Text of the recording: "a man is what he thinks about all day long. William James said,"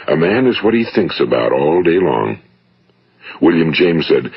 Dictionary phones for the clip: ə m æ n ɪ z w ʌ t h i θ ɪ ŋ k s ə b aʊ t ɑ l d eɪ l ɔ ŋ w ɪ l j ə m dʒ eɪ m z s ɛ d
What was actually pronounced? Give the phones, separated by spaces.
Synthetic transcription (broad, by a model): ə m æ n ɪ z w ʌ t h i θ ɪ ŋ k s ə b aʊ t ɑ l d eɪ l ɔ ŋ w ɪ l j ə m dʒ eɪ m z s ɛ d